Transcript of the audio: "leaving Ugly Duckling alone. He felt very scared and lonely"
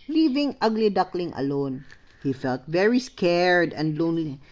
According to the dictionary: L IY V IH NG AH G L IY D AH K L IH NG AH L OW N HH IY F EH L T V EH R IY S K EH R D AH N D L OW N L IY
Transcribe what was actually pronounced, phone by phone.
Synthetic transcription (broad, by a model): L IY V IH NG AH G L IY D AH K L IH NG AH L OW N HH IY F EH L T V EH R IY S K EH R D AH N D L OW N L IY